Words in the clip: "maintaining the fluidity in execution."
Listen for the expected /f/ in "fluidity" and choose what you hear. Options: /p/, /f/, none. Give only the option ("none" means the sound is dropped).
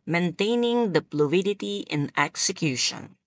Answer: /p/